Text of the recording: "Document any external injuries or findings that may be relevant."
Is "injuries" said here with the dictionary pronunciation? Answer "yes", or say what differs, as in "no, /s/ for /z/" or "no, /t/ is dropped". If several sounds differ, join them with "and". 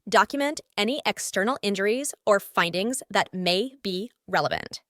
yes